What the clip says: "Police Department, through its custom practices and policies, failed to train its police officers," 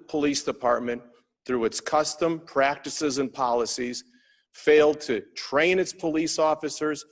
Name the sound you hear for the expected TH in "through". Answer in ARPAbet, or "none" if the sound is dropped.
TH